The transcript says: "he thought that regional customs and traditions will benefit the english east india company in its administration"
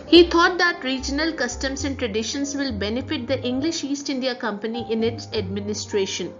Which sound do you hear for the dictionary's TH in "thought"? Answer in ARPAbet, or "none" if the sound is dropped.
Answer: T